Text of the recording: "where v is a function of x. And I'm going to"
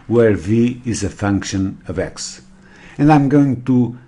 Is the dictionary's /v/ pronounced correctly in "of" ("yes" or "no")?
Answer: yes